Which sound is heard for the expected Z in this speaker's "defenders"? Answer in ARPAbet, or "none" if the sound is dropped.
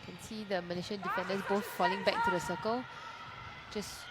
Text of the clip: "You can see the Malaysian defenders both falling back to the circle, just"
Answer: S